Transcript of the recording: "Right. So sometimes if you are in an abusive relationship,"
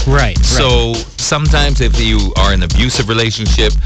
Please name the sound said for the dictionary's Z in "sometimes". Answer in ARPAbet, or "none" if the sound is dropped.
Z